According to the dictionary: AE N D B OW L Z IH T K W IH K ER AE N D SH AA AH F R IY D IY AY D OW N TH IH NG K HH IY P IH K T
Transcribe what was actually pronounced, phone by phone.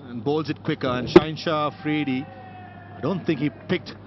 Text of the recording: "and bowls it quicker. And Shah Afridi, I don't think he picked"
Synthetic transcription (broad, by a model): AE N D B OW L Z IH T K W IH K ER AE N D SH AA AH F R IY D IY AY D OW N T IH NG K HH IY P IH K T